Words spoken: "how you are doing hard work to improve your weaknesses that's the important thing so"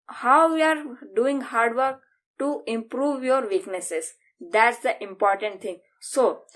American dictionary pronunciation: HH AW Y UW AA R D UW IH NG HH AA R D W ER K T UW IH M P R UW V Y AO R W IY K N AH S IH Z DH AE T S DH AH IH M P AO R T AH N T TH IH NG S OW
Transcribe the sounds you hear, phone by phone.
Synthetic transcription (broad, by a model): HH AW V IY AA R D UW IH NG HH AA R D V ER K T UW IH M P R UW V Y AO R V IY K N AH S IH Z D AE T S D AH IH M P AO R T AH N T T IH NG S OW